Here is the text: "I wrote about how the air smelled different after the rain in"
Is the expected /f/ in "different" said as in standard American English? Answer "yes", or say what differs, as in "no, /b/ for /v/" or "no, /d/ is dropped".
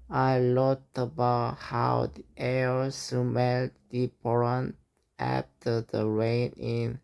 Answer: no, /p/ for /f/